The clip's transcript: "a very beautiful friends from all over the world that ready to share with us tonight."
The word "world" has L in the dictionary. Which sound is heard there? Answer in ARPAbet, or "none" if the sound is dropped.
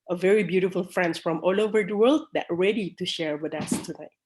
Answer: L